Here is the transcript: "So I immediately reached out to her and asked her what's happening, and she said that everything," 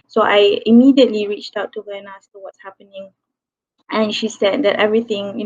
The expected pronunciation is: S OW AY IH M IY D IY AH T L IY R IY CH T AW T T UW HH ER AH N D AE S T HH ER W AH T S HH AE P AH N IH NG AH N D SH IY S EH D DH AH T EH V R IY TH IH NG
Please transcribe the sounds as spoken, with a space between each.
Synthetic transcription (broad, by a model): S OW AY IH M IY D IY AH T L IY R IY CH T AW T T UW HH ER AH N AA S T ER W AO T S HH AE P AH N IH NG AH N SH IY S EH D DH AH T EH V R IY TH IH NG